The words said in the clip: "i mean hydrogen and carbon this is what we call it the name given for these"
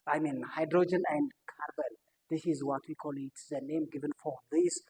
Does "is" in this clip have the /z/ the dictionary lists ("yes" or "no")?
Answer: yes